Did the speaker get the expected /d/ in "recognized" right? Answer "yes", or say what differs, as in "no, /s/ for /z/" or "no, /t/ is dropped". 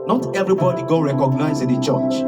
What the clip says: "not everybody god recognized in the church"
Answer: no, /d/ is dropped